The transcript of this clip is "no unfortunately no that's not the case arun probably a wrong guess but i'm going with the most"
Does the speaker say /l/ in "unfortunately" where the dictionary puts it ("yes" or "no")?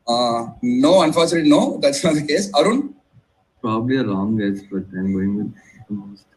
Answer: no